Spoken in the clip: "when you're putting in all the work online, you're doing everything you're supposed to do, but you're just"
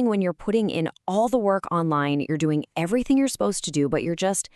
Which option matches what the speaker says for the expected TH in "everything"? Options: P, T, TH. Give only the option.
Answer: TH